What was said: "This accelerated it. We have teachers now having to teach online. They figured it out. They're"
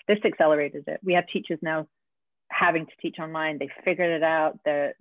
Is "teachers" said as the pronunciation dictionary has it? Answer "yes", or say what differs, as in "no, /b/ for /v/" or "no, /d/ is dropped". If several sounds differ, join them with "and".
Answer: yes